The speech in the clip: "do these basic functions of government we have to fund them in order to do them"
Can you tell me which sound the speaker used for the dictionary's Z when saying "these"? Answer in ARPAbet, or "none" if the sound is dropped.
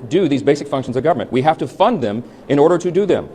Z